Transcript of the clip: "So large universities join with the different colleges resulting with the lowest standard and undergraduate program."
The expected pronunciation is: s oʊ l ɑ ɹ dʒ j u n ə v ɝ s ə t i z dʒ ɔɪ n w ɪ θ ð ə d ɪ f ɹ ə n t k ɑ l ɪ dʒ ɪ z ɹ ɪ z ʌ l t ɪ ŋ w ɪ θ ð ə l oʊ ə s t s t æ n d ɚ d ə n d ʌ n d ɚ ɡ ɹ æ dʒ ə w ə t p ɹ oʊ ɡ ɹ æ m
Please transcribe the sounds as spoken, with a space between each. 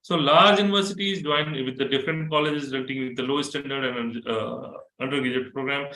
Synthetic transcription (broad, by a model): s oʊ l ɑ ɹ dʒ j u n ə v ɝ s ə t i z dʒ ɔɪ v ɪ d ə d ɪ f ɹ ə n t k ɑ l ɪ dʒ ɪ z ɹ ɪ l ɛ t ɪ ŋ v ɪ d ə l oʊ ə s s t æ n d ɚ d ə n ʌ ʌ n d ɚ ɡ ɪ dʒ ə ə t p ɹ oʊ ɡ ɹ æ m